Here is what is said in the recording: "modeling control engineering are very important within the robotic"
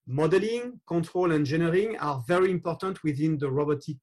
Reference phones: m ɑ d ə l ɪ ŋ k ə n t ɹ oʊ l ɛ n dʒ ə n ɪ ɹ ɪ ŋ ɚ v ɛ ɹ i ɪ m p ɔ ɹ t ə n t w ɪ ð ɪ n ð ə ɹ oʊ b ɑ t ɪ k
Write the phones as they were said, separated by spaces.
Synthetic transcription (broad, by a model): m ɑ d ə l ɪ ŋ k ə n t ɹ oʊ l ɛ n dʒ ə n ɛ ɹ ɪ ŋ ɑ v ɛ ɹ i ɪ m p ɔ ɹ t ə n t w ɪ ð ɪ n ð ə ɹ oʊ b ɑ t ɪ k